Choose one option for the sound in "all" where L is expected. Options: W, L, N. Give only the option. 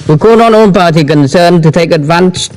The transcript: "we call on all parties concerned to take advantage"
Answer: N